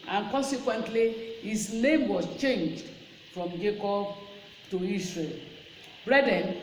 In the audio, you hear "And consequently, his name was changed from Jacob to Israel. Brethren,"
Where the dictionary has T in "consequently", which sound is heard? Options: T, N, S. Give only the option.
T